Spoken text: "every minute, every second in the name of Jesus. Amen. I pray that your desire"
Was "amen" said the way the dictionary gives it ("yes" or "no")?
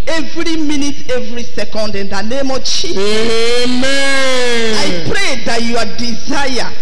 no